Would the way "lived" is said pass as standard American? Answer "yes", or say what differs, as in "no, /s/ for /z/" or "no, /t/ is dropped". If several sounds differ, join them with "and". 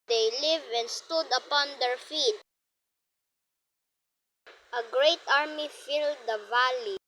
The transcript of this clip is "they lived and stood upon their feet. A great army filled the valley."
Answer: no, /d/ is dropped